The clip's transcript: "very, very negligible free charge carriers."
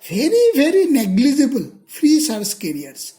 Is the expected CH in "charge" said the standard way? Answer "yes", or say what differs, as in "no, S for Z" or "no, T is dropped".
no, S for CH